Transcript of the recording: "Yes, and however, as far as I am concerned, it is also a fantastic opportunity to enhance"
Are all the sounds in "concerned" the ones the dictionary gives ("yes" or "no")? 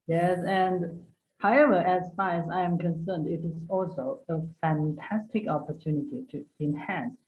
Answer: yes